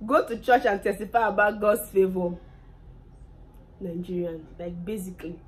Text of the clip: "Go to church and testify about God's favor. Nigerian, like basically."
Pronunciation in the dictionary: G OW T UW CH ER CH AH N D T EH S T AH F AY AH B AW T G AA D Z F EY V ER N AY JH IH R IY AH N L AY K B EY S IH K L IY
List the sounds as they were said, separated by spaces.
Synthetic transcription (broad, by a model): G OW T UW CH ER CH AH N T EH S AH P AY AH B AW G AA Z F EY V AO N AY JH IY R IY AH N L AY K B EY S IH K L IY